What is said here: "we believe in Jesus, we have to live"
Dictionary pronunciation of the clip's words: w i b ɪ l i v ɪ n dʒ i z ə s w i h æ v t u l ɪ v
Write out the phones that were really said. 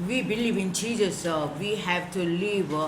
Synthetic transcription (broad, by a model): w i b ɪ l i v ɪ n tʃ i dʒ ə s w i h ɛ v t u l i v